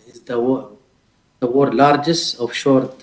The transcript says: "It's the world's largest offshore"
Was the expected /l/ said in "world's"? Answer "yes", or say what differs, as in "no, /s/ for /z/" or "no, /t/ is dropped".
no, /l/ is dropped